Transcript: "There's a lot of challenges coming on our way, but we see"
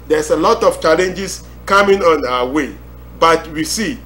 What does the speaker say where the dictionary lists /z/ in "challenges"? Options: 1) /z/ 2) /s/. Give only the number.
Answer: 2